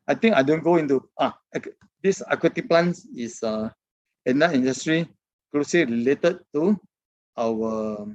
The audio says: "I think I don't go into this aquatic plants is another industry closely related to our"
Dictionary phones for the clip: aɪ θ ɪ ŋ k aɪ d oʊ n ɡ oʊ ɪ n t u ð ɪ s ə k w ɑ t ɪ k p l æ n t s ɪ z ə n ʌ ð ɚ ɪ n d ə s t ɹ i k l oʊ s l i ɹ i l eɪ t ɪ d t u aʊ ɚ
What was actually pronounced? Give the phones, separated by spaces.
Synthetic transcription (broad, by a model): aɪ t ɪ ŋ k aɪ d oʊ n ɡ oʊ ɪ n t u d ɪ s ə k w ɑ t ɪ p l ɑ n s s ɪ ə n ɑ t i n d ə s t ɹ i k l oʊ s l i ɹ i l eɪ t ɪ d t u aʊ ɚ